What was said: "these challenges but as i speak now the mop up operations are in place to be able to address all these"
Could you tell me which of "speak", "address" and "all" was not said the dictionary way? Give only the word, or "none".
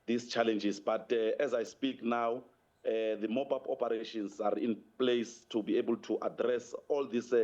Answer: none